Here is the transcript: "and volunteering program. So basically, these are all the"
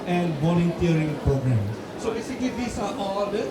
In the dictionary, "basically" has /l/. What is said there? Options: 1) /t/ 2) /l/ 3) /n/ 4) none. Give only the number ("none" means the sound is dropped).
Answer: 4